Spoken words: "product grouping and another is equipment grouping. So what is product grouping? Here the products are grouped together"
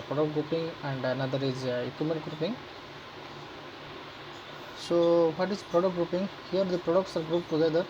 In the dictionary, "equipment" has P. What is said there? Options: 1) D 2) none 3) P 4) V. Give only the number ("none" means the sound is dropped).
2